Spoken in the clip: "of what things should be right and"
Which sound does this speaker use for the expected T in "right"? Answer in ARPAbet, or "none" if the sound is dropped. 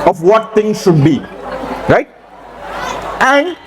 T